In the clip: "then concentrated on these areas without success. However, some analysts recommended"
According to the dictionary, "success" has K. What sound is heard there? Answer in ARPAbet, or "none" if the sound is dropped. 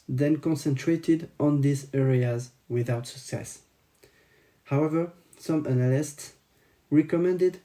K